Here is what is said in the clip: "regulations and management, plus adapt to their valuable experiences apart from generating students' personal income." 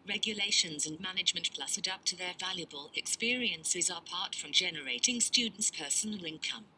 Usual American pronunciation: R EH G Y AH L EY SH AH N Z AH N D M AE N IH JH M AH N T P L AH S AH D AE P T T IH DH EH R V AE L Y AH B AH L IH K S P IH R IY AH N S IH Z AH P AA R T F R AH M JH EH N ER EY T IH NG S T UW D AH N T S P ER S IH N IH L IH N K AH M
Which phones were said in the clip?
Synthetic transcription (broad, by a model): R EH G Y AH L EY SH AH N Z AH N M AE N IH JH M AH N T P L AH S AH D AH P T T IH DH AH R V AE L Y AH B AH L IH K S P IH R IY AH N S IH Z AH P AA R T F R AH M JH EH N ER EY T IH NG S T UW D N T S P ER S IH N IH L IH N K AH M